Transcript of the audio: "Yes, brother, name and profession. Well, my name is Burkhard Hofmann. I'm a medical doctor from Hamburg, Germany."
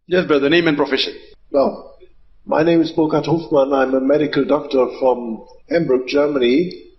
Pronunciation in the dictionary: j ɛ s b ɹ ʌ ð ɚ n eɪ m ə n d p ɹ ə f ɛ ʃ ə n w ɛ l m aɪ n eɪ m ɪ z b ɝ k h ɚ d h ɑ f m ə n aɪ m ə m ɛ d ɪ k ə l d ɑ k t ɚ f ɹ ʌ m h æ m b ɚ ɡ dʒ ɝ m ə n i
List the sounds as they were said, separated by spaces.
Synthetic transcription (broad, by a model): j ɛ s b ʌ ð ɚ n eɪ m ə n p ɹ ə f ɛ ʃ ə n w ɛ l m aɪ n eɪ m ɪ z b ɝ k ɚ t h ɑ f m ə n aɪ m ə m ɛ d ɪ k ə l d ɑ k t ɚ f ɹ ʌ m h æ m b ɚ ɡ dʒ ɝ m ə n i